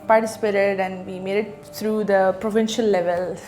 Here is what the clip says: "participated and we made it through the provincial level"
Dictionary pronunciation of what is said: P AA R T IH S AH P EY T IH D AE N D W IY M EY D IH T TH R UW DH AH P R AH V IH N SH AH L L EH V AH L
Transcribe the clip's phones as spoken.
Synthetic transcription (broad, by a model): P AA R T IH S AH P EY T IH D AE N D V IY M EY D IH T T R UW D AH P R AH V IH N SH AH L L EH V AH L